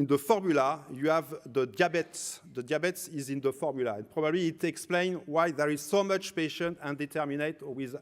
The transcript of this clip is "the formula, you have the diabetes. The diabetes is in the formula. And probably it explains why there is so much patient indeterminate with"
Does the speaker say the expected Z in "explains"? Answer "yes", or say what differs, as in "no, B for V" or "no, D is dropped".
no, Z is dropped